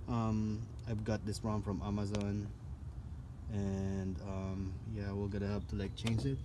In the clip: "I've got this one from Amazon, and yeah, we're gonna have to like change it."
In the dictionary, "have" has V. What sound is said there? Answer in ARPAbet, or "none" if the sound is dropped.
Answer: P